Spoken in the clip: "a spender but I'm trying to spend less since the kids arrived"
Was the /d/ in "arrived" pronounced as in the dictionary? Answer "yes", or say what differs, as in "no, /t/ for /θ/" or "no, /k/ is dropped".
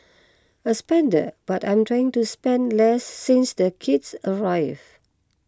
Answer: no, /d/ is dropped